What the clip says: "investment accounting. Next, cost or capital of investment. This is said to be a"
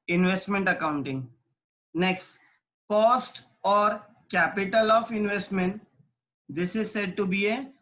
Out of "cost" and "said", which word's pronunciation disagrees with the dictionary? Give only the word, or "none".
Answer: none